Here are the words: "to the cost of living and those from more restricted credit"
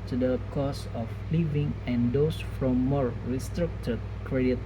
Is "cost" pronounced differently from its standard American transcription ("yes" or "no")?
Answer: yes